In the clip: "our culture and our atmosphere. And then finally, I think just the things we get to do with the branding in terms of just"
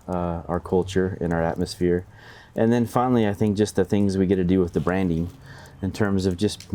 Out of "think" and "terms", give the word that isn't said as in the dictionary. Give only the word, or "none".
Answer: none